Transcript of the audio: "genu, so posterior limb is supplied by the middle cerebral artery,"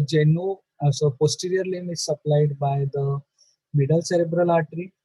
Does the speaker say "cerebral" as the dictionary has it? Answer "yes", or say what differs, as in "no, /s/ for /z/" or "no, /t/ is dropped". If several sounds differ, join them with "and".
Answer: yes